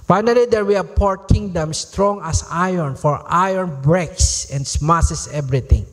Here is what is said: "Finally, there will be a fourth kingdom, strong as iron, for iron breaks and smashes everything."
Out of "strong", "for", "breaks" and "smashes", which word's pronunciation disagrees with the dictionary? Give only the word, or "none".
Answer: smashes